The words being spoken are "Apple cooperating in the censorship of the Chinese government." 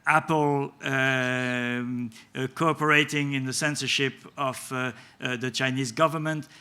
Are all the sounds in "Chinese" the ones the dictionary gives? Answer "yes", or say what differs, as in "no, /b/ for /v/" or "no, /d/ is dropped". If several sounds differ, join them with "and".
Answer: yes